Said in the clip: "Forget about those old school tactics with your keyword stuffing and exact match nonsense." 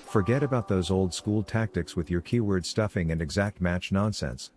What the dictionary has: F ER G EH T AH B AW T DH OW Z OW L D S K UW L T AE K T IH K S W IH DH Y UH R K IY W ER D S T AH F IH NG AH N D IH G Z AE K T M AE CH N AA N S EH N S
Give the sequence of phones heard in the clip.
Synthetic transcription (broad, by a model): F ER G EH T AH B AW T DH OW Z OW L D S K UW L T AE K T IH K S W IH DH Y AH R K IY W ER D S T AH F IH NG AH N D IH G Z AE K T M AE CH N AA N S EH N S